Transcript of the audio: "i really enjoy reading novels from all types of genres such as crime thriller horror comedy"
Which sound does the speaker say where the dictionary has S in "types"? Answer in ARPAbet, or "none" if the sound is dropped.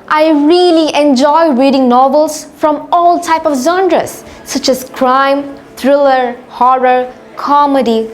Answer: none